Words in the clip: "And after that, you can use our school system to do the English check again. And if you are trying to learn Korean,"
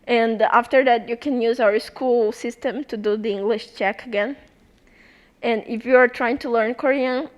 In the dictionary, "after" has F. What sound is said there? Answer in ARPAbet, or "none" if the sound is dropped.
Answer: F